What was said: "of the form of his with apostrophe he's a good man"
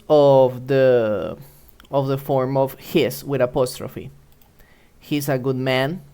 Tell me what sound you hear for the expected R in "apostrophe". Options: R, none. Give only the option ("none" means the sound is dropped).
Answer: R